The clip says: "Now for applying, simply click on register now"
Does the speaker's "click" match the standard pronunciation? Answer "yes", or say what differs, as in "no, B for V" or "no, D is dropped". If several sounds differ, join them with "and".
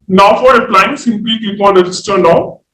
no, L is dropped